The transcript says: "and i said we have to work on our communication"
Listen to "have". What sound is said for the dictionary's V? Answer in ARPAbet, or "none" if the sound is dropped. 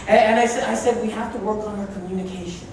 F